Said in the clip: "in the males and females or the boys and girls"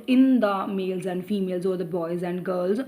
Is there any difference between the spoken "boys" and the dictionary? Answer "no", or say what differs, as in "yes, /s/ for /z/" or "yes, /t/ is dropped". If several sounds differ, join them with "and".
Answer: no